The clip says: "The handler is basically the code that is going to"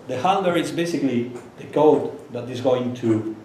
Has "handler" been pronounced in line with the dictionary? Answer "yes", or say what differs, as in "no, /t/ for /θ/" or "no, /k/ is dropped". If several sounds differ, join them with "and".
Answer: no, /l/ is dropped